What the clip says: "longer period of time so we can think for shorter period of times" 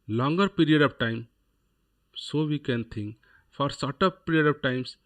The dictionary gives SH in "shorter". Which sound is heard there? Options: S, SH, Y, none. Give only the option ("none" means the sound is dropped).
S